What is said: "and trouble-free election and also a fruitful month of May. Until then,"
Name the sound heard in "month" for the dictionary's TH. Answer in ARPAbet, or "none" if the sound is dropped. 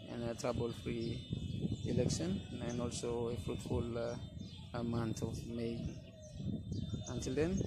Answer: T